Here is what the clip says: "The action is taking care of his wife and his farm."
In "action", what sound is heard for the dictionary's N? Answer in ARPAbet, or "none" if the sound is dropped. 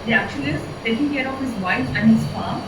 L